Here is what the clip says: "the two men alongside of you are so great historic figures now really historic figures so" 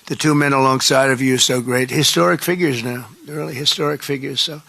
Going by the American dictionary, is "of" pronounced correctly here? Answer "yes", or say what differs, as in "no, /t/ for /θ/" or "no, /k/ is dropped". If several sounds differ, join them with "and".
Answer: yes